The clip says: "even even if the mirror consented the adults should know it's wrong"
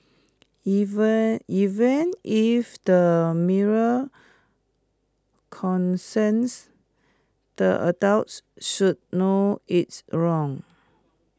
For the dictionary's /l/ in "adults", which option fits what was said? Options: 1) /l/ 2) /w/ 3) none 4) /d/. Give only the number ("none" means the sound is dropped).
2